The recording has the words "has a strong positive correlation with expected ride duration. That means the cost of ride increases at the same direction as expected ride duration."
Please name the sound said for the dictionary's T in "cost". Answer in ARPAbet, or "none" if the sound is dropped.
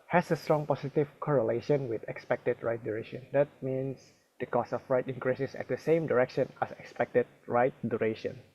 none